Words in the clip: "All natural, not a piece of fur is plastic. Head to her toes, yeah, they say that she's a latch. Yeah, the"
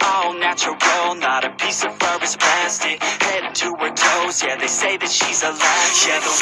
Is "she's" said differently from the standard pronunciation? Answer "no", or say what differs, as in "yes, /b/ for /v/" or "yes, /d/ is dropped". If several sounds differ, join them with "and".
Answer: no